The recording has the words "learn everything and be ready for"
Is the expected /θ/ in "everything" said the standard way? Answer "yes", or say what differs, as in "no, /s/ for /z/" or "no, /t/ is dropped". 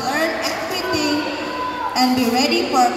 no, /t/ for /θ/